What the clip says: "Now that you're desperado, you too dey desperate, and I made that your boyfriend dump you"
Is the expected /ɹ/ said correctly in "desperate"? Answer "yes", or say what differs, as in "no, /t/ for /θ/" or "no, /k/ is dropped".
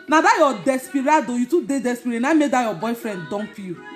no, /ɹ/ is dropped